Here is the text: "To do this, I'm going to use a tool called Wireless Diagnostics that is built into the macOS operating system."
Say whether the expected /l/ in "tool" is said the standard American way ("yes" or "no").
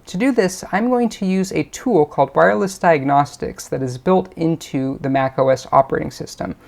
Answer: yes